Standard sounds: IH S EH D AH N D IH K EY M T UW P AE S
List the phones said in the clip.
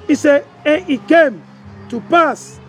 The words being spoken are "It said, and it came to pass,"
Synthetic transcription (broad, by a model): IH S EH AH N IH K EY M T UW P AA S